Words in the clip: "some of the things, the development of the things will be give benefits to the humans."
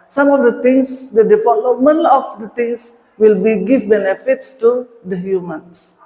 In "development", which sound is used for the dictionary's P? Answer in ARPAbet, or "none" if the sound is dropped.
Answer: none